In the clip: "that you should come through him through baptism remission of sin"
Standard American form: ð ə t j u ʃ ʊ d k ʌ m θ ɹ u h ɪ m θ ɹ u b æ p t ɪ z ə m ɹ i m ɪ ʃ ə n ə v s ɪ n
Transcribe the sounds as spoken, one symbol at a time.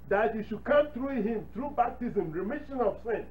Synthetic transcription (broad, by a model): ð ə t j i ʃ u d k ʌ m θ ɹ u h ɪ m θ ɹ u b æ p t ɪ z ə m ɹ i m ɪ ʃ ə n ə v s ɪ n